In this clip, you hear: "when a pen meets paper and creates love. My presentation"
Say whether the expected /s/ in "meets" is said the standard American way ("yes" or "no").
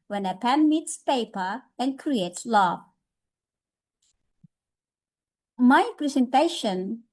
yes